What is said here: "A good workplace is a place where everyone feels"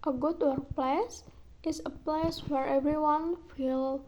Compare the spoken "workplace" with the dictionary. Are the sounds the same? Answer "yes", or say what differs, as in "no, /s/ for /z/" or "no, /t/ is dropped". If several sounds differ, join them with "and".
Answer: no, /k/ is dropped